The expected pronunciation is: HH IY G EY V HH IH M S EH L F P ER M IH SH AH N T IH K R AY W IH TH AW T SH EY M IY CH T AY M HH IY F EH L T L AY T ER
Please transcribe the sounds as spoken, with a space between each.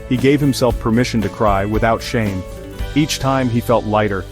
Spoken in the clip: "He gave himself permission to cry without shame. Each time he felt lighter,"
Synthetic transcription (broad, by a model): HH IY G EY V HH IH M S EH L F P ER M IH SH N T IH K R AY W IH TH AW T SH EY M IY CH T AY M IY F EH L T L AY T ER